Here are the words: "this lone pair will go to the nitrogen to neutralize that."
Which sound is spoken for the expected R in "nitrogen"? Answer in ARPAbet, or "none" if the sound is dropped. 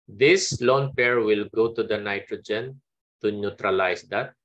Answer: R